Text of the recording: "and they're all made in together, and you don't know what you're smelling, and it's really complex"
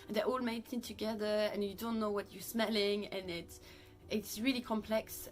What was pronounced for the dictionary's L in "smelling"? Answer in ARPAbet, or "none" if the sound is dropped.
L